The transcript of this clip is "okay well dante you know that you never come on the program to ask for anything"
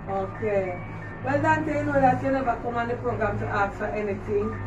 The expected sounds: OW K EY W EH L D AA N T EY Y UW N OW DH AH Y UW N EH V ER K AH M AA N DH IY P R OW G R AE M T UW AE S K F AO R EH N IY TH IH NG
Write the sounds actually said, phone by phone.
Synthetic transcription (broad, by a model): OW K EY W EH L D AA N T EY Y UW N OW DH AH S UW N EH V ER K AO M AA N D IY P R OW G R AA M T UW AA K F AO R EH N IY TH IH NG